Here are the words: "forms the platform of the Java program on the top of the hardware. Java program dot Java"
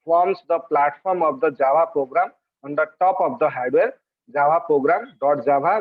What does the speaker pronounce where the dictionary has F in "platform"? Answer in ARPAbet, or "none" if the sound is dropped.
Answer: P